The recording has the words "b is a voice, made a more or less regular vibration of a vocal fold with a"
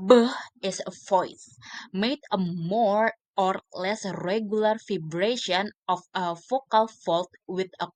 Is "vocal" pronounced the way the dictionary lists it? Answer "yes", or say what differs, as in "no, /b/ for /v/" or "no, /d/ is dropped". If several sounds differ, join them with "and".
no, /f/ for /v/